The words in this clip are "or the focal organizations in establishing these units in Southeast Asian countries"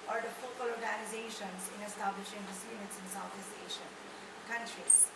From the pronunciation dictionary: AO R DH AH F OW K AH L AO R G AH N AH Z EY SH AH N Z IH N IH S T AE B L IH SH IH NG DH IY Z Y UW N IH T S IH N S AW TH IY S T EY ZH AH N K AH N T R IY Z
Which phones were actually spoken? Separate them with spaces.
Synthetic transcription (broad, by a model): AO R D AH F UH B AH L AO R G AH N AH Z EY SH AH N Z IH N IH S T AE B L IH SH IH NG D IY S Y UW N IH T S IH N S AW T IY S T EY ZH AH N K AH N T R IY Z